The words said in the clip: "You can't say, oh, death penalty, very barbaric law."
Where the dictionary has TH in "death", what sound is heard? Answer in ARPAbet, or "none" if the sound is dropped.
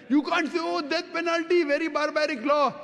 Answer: T